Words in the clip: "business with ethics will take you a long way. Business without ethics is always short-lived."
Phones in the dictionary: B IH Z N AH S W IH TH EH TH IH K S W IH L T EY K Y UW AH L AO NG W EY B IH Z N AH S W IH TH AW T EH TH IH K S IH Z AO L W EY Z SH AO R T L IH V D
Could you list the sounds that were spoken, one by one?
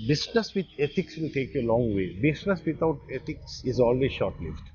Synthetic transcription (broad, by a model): B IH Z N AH S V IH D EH T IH K S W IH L T EY K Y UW AH L AO NG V EY B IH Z N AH S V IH T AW T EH T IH K S IH Z AO L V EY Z SH AO R T L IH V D